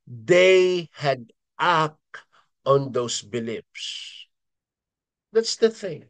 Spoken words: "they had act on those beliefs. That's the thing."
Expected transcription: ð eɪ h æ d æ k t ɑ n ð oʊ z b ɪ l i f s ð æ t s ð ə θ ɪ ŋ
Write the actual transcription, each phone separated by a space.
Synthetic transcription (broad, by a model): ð eɪ h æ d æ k ɑ n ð oʊ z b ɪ l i p s ð æ t s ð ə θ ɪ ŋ